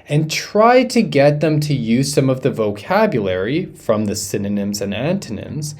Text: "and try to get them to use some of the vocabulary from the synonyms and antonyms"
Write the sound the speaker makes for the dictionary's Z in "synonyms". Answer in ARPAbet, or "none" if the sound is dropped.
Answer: Z